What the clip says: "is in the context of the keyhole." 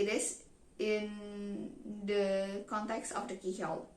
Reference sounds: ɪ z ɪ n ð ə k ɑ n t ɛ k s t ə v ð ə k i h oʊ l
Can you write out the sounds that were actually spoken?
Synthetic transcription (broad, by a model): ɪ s ɪ n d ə k ɑ n t ɛ k s t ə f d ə k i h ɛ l